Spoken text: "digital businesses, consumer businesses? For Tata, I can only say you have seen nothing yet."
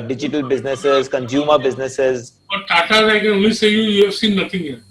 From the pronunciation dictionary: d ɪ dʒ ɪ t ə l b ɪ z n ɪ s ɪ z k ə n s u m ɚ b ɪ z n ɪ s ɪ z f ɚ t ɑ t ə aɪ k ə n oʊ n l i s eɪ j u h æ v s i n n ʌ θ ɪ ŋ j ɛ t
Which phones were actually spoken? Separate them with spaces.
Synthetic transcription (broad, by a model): d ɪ dʒ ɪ t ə l b ɪ z n ɪ s ɪ z k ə n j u m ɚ b ɪ z n ɪ s ɪ z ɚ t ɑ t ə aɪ k ə n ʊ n i s eɪ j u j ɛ f s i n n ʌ t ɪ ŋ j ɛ